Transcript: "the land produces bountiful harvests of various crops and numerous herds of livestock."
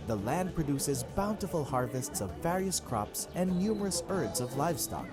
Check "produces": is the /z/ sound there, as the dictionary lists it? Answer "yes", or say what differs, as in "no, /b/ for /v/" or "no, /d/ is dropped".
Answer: yes